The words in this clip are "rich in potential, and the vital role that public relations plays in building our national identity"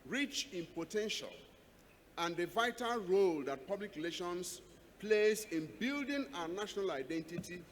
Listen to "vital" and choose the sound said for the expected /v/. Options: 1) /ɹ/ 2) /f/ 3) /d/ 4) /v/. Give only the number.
4